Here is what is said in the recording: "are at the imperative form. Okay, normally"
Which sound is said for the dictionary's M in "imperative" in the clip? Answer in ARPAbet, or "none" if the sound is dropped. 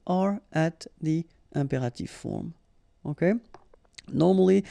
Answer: none